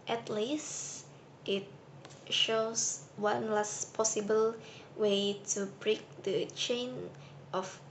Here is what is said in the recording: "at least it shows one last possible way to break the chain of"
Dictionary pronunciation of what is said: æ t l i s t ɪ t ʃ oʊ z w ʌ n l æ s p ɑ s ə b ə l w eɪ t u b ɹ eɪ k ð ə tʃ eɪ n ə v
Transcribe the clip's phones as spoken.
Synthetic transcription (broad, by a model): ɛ t l i s t ɪ t ʃ oʊ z w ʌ n l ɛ s p ɑ s ə b ə l w eɪ t u b ɹ eɪ k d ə tʃ eɪ n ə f